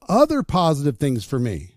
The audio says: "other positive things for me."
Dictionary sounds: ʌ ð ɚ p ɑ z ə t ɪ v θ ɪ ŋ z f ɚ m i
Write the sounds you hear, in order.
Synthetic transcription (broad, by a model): ʌ ð ɚ p ɑ z ə t ɪ v θ ɪ ŋ z f ɚ m i